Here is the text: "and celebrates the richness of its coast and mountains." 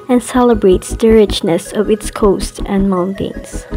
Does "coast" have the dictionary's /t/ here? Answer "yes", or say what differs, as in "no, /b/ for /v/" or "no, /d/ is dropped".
yes